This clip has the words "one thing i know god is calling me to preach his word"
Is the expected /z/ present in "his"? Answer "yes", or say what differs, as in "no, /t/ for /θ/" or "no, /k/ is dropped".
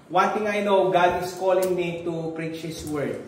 no, /s/ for /z/